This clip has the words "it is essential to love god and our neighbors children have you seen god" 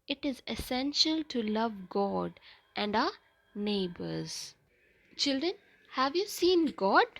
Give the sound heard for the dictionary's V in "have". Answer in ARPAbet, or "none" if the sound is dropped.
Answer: V